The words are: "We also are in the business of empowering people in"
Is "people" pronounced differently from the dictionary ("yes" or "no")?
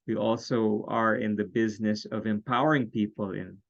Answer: no